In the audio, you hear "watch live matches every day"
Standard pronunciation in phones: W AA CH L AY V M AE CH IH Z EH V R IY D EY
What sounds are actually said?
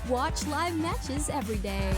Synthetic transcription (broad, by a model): W AA CH L AY V M AE CH IH Z EH V R IY D EY